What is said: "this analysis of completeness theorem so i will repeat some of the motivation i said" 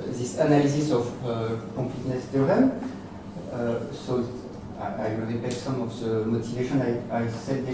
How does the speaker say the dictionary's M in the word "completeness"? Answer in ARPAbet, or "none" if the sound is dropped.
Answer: none